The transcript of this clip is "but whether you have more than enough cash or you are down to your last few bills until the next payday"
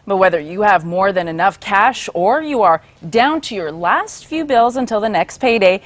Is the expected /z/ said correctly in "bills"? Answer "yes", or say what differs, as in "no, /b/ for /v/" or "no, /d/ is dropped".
yes